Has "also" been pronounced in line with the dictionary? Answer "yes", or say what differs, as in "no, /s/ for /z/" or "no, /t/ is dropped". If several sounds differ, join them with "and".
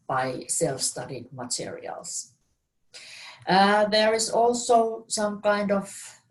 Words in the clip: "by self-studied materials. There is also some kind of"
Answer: yes